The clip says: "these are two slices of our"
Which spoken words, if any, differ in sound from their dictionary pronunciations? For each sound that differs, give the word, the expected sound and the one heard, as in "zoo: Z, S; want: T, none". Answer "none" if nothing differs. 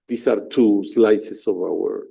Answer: slices: Z, S